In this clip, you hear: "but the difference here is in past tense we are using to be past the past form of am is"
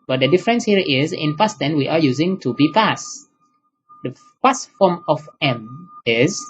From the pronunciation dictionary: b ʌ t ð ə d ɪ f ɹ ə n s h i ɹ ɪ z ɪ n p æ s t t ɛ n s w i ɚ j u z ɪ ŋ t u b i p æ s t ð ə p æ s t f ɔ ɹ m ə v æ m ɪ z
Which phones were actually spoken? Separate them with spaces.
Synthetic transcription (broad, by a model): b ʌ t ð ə d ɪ f ɹ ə n s h i ɹ ɪ z ɪ n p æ s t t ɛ n w i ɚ j u z ɪ ŋ t u b i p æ s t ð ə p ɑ s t f ɔ ɹ m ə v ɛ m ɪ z